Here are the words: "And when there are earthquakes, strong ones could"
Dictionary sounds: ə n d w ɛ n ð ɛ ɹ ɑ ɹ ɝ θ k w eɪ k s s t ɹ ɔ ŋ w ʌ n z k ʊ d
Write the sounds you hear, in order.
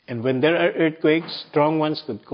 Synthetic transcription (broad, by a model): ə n d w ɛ n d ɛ ɹ ɑ ɹ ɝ t k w eɪ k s s t ɹ ɔ ŋ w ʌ n s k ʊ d